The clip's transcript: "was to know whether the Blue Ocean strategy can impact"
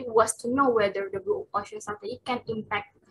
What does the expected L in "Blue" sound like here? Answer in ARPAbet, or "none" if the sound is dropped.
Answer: none